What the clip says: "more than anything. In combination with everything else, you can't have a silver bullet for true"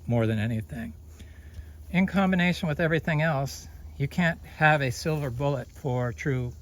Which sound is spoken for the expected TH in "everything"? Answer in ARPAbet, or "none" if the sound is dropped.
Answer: TH